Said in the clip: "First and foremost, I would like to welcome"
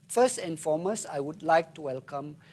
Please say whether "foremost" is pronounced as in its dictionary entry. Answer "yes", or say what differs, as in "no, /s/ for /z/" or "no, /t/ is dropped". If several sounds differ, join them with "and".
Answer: no, /t/ is dropped